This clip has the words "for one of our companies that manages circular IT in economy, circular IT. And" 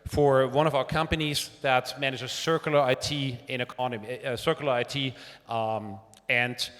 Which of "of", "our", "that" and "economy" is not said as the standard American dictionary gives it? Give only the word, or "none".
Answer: none